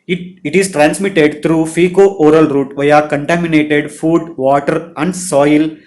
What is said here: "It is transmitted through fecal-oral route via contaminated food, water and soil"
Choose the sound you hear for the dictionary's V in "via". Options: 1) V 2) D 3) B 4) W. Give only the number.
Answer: 1